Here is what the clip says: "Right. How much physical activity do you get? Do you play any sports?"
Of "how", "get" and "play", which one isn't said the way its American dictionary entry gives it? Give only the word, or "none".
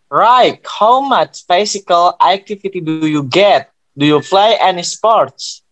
play